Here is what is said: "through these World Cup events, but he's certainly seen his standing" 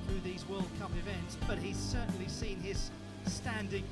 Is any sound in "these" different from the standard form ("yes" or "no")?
no